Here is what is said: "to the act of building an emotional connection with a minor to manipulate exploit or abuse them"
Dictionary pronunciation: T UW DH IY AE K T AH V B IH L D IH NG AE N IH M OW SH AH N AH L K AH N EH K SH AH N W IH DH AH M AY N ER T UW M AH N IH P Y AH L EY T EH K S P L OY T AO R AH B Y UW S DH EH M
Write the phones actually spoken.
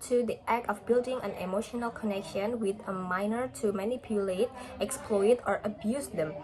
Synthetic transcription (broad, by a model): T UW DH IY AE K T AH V B IH L D IH NG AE N IH M OW SH AH N AH L K AH N EH K SH AH N W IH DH AH M AY N ER T UW M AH N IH P Y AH L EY T EH K S P L OY T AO R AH B Y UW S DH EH M